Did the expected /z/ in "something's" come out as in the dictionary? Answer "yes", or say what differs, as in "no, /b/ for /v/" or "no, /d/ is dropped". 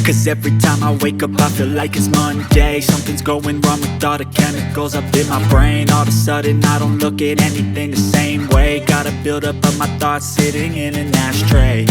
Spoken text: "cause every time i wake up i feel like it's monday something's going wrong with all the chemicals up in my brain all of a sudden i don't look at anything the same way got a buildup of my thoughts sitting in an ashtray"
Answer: yes